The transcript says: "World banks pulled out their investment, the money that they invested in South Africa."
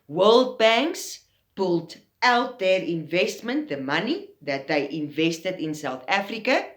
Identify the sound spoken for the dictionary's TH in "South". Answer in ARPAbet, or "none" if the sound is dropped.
TH